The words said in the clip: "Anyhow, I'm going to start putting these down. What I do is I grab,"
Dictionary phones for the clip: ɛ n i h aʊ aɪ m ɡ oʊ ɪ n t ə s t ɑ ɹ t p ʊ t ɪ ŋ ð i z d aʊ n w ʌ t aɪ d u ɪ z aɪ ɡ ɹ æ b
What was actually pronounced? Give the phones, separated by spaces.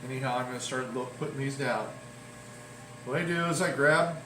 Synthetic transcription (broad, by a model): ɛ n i h aʊ aɪ m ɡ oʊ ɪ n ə s t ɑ ɹ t p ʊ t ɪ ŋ ð i z d aʊ n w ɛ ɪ d u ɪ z aɪ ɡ ɹ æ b